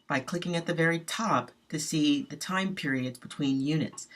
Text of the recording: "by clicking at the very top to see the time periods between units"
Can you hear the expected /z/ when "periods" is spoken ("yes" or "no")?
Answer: yes